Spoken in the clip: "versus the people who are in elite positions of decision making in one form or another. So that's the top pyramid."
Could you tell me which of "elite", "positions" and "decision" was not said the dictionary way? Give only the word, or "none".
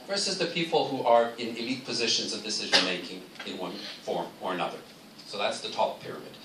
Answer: none